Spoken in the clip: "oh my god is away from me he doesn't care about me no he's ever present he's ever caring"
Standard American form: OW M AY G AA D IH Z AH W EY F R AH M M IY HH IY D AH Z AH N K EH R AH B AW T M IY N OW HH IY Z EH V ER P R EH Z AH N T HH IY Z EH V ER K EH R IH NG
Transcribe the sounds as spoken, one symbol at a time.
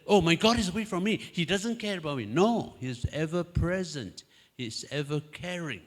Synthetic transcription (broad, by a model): OW M AY G AA D IH Z AH W EY F R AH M M IY HH IY D AH Z AH N K EH R AH B AW T M IY N OW HH IY Z EH V ER P R EH Z AH N T HH IY Z EH V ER K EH R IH NG